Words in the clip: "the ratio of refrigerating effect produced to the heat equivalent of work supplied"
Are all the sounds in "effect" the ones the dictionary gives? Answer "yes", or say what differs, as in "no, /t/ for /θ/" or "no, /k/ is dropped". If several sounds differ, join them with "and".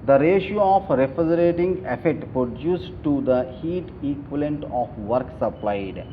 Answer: no, /k/ is dropped